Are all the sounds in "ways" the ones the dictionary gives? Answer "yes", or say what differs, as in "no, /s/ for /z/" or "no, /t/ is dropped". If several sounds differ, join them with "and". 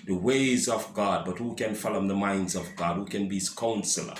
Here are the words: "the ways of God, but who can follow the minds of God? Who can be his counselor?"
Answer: yes